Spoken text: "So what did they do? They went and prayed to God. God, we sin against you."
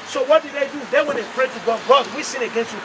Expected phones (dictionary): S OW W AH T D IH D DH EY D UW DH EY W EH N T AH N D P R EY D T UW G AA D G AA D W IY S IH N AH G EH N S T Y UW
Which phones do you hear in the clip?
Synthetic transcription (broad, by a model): S OW W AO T D IH D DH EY D UW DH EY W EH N AH P R EY T UW G AA D G AA D W IY S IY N AH G EH N S T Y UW